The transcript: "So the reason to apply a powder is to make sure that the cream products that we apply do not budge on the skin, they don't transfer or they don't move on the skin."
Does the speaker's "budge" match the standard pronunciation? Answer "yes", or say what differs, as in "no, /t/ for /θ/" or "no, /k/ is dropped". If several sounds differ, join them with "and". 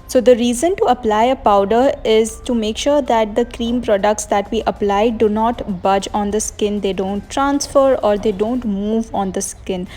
yes